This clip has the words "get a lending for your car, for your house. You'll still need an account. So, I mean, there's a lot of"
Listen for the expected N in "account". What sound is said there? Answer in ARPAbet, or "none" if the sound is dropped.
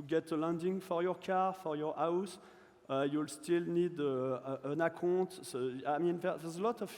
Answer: none